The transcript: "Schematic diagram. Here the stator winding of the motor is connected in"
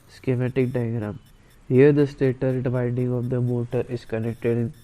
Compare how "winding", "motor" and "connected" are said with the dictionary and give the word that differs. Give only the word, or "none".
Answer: winding